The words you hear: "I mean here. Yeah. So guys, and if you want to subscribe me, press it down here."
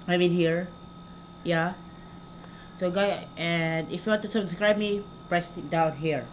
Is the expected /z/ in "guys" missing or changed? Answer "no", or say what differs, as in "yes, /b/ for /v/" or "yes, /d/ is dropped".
yes, /z/ is dropped